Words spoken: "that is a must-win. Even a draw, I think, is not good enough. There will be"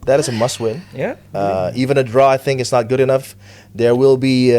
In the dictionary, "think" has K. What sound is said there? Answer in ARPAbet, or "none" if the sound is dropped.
none